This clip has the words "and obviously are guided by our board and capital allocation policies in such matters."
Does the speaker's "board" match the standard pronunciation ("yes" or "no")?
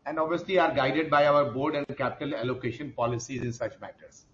yes